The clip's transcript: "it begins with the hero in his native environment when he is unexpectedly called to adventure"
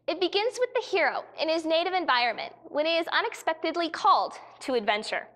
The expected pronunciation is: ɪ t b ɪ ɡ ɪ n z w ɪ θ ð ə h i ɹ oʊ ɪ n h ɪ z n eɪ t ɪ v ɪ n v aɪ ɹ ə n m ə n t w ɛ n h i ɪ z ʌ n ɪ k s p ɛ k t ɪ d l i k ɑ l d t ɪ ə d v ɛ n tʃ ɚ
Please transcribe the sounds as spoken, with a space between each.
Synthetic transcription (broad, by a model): ɪ t b ɪ ɡ ɪ n z w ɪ ð ə h i ɹ oʊ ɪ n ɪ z n eɪ t ɪ v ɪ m v aɪ ɹ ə n m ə n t w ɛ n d ɪ z ʌ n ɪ k s p ɛ k t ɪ d l i k ɑ l d t ɪ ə d v ɛ n tʃ ɚ